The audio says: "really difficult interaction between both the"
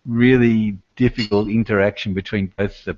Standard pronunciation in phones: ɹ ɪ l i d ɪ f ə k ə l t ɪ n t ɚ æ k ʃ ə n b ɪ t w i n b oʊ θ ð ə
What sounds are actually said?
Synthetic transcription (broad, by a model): ɹ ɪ l i d ɪ f ə k ə l t ɪ n t ɚ æ k ʃ ə n b ɪ t w i n b oʊ θ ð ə